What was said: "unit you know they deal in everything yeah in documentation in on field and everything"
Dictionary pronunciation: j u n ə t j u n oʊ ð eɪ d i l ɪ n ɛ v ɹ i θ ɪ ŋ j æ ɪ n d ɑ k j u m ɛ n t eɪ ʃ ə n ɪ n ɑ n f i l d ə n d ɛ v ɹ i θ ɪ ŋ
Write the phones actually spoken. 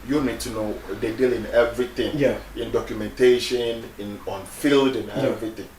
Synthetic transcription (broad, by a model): j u n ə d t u n oʊ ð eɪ d i l ɪ n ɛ v ɹ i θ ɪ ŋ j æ ɪ n d ɑ k j u m ɛ n t eɪ ʃ ə n ɪ n ɑ n f i l d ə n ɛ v ɹ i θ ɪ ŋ